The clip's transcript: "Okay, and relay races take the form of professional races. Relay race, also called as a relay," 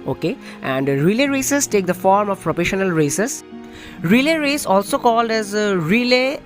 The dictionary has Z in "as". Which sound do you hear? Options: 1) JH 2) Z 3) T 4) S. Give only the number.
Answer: 2